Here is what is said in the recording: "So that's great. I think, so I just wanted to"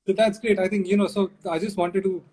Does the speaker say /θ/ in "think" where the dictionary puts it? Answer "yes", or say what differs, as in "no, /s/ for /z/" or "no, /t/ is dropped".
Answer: no, /t/ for /θ/